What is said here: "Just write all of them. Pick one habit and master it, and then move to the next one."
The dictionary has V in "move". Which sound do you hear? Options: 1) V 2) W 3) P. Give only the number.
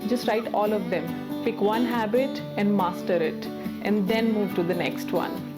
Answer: 1